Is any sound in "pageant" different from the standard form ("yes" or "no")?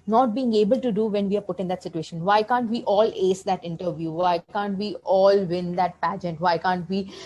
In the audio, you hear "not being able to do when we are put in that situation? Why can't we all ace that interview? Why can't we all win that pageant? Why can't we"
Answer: no